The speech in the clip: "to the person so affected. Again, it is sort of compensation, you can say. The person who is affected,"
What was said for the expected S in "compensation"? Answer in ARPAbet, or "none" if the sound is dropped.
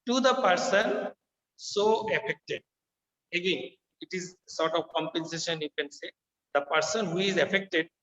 S